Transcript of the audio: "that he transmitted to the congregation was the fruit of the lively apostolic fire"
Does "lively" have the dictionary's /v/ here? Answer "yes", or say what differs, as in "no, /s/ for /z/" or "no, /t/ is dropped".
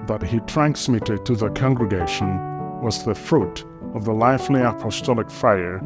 no, /f/ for /v/